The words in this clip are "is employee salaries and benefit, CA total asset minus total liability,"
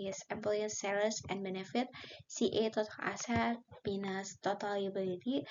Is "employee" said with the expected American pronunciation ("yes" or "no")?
no